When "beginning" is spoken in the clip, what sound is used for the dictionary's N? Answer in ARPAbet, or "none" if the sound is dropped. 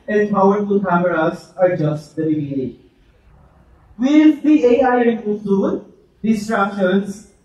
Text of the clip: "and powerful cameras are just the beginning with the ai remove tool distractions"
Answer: none